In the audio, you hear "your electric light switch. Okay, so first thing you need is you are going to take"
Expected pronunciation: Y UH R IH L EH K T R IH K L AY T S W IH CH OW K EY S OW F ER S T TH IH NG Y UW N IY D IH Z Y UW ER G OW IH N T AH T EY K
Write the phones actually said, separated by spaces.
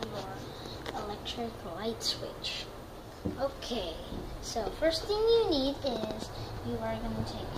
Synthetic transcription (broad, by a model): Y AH R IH L EH K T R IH K L AY T S W IH CH OW K EY S OW F ER S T TH IH NG Y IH N IY D IH Z Y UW ER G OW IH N T AH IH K